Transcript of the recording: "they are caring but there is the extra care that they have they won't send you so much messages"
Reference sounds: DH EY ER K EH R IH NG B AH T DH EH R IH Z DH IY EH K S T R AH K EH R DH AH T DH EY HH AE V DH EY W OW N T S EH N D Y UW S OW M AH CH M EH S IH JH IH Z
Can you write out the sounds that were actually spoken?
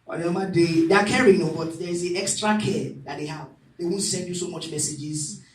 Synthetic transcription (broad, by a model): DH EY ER K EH R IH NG B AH T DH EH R IH Z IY EH K S T R AH K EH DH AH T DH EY HH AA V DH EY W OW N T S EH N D Y UW S OW M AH CH M EH S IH JH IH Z